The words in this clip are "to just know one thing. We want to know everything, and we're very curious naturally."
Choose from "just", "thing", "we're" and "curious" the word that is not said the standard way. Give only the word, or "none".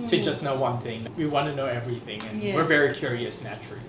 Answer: none